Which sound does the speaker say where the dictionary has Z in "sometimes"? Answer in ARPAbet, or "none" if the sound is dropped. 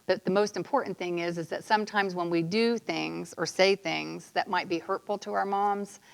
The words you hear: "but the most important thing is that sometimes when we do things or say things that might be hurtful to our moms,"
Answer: Z